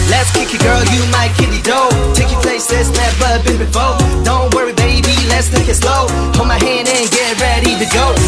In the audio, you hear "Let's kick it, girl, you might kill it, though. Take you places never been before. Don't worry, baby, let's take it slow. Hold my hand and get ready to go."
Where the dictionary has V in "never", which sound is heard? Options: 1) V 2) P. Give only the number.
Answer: 2